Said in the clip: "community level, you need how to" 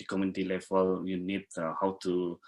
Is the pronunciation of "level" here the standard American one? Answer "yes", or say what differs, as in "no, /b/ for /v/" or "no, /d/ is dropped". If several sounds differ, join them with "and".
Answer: no, /f/ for /v/